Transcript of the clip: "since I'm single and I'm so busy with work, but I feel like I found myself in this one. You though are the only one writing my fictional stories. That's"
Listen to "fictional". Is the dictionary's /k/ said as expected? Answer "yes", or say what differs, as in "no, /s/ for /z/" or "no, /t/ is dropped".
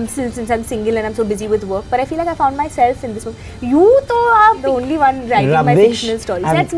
no, /k/ is dropped